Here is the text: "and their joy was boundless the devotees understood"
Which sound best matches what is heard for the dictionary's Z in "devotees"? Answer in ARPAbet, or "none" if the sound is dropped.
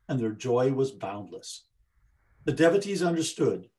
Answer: Z